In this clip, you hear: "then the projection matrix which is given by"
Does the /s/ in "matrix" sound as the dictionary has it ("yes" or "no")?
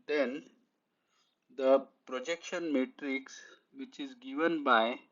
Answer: yes